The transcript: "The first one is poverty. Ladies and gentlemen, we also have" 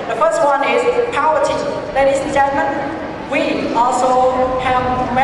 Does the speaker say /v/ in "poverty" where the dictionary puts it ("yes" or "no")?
no